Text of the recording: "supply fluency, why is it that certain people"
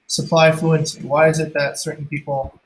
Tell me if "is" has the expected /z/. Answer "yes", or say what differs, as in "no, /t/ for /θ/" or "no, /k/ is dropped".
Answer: yes